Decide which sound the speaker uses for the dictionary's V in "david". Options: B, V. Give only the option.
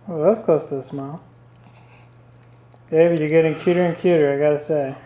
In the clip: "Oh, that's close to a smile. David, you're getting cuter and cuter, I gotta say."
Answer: B